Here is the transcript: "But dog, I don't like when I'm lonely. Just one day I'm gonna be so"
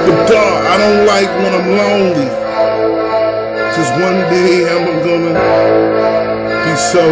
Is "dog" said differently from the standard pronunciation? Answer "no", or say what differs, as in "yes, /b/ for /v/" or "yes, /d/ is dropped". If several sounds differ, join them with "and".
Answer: yes, /ɡ/ is dropped